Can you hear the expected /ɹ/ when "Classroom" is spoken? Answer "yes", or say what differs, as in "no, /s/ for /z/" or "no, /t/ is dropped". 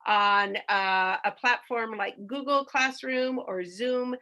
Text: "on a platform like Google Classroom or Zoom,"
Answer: yes